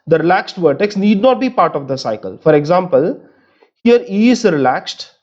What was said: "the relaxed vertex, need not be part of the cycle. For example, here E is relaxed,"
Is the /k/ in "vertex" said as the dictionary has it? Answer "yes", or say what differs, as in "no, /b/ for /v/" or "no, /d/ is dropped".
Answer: yes